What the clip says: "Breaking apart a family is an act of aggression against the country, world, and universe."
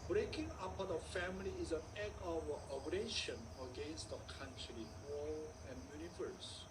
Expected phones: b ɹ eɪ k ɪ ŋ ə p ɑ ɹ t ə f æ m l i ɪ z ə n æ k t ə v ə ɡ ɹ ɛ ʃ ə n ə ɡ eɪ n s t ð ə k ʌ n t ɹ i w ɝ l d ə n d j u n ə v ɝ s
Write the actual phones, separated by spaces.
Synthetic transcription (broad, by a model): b ɹ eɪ k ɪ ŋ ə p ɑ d ə f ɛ m l i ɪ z ə n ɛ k ə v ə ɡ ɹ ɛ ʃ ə n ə ɡ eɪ n s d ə k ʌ n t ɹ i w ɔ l ə n j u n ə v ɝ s